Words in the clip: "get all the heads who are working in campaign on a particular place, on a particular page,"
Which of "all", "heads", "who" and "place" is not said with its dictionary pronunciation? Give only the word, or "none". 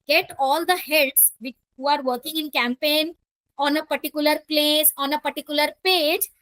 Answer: heads